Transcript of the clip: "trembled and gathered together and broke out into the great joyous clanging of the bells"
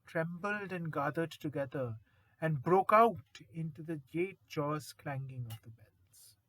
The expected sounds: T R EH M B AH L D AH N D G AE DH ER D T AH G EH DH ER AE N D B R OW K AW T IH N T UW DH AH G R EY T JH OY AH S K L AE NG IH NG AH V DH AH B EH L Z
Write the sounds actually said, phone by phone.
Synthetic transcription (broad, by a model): T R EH M B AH L D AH N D G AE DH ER D T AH G EH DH ER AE N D B R OW K AW T IH N T UW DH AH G EY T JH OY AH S K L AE NG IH NG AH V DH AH B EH L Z